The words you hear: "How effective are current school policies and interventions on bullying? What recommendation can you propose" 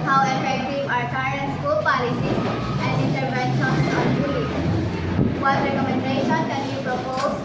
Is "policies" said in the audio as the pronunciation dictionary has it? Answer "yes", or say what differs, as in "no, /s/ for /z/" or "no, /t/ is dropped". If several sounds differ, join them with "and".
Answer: no, /z/ is dropped